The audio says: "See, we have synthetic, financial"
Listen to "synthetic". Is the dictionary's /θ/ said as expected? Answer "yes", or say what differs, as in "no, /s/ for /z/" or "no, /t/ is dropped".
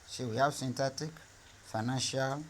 no, /t/ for /θ/